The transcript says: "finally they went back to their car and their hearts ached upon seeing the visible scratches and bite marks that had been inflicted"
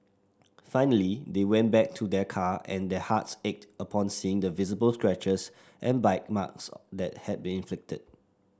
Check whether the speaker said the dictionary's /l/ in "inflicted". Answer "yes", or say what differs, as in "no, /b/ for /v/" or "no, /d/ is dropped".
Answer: yes